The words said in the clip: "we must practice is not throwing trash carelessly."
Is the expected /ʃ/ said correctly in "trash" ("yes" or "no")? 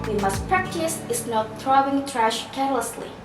yes